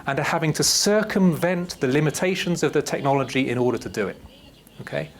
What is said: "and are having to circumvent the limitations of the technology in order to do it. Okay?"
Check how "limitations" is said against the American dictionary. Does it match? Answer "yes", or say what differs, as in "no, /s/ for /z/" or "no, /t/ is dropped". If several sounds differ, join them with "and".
yes